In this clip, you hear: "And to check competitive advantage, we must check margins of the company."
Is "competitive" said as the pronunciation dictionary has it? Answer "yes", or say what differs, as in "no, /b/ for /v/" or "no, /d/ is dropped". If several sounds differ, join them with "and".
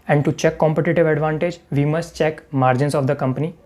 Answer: yes